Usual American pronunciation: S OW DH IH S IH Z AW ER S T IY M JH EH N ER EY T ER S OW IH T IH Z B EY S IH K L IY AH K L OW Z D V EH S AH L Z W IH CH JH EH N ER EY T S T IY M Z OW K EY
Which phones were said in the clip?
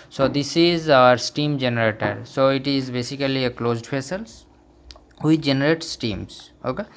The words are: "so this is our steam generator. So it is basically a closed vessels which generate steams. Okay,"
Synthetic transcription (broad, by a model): S OW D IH S IH Z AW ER S T IY M JH EH N ER EY T ER S OW IH T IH Z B EY S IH K L IY AH K L OW Z D F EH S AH L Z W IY JH EH N ER EY T S T IY M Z OW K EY